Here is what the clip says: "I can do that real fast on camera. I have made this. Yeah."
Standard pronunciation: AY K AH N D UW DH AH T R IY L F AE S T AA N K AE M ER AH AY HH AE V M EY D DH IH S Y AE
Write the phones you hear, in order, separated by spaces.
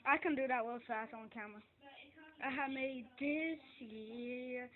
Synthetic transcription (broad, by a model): AY K AH N D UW DH AH T W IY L F AE S T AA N K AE M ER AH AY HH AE M EY D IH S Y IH